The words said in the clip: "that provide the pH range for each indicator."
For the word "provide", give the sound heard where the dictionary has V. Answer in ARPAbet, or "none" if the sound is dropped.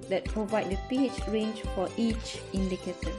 V